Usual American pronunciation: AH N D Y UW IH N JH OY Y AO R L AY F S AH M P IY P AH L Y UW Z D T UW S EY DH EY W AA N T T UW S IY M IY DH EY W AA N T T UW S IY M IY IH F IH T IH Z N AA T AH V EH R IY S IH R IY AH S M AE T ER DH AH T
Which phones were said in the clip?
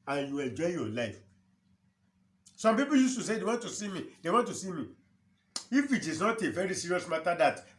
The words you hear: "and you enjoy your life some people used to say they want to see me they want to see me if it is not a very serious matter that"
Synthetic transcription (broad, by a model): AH N Y UW IH N JH OY Y AO L AY F S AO M P IY P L Y UW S T UW S EY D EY W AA N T T UW S IY M IY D EY W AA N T T UW S IY M IY IH F IH T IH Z N AA T AH V EH R IY S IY R IY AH S M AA T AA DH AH T